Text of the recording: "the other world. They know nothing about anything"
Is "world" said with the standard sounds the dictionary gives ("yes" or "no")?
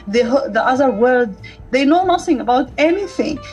no